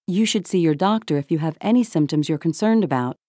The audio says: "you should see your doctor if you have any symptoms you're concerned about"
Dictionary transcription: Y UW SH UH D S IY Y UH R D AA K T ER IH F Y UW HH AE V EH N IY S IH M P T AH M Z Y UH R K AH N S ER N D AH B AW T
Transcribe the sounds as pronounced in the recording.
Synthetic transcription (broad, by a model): Y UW SH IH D S IY Y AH R D AA K T ER IH F Y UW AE V EH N IY S IH M P T AH M Z Y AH R K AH N S ER N D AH B AW T